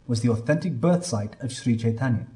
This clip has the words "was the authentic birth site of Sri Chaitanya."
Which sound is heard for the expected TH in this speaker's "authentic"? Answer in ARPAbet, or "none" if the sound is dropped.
TH